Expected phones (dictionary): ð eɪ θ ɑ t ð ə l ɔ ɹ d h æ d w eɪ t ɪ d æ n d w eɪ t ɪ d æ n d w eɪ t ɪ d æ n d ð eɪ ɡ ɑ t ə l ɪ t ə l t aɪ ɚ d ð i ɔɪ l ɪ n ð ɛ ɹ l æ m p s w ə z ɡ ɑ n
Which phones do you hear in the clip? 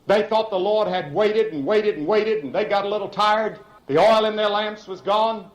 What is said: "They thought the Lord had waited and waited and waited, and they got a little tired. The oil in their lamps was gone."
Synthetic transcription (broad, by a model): ð eɪ θ ɑ t ð ə l ɔ ɹ d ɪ d w eɪ t ɪ d n w eɪ t ɪ d n w eɪ t ɪ d n ð eɪ ɡ ɑ t ə l ɪ t l t aɪ ɚ d ð i ɔɪ l ɪ n ð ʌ ɹ l æ m p s w ə z ɡ ɑ n